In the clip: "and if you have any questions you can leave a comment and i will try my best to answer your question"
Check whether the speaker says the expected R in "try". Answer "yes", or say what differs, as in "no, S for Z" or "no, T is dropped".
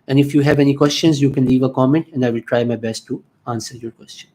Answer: yes